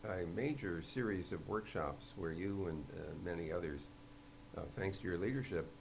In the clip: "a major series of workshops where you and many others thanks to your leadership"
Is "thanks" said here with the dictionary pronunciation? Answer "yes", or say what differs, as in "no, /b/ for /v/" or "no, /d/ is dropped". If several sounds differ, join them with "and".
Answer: yes